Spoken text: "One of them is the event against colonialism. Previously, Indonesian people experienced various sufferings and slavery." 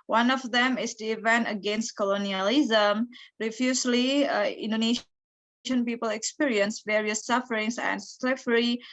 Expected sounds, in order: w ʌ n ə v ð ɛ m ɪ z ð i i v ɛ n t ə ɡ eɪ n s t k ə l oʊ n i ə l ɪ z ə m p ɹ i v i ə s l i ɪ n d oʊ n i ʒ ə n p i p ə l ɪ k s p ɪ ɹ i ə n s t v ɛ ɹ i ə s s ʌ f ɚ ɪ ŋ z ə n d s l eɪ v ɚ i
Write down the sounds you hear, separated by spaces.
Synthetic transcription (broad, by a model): w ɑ n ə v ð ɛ m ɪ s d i i v ɛ n t ə ɡ eɪ n s t k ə l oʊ n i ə l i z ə m ɹ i f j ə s l i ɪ n d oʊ n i ʃ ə n p i p ə l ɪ k s p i ɹ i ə n s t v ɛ ɹ i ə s s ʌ f ɚ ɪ ŋ s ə n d s l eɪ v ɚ i